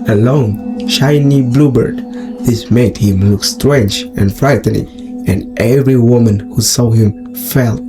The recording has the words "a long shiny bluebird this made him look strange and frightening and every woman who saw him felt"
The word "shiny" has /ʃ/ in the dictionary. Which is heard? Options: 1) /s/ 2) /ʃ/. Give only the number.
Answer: 2